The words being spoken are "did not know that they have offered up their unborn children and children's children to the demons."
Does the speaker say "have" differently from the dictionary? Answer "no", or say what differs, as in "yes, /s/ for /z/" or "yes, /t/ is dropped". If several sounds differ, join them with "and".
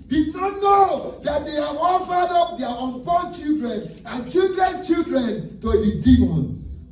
yes, /w/ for /v/